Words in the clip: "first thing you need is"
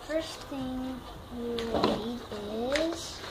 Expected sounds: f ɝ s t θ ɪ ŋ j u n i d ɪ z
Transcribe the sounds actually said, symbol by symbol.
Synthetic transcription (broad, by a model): f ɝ s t θ ɪ ŋ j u l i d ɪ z